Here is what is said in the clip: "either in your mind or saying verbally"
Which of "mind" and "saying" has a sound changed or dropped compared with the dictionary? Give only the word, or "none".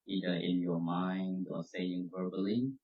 none